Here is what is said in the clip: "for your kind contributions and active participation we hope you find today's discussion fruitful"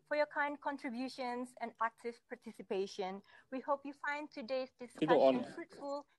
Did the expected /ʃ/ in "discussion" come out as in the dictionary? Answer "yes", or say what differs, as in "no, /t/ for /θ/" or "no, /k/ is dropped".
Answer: no, /ʃ/ is dropped